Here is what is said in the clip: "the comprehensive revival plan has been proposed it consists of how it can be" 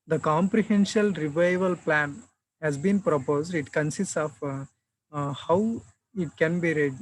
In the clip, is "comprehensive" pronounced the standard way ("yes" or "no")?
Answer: no